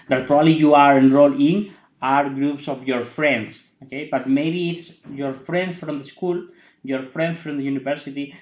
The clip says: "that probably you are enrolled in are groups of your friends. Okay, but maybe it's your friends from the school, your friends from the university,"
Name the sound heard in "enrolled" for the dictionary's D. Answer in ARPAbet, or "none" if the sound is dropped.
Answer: none